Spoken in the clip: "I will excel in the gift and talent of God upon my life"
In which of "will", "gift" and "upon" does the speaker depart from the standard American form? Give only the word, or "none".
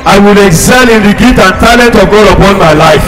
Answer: gift